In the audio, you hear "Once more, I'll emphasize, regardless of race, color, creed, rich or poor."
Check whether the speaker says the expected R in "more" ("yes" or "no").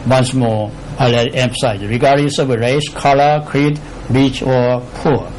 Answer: no